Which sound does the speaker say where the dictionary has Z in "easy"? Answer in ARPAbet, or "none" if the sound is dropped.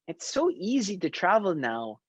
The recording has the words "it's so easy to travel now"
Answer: Z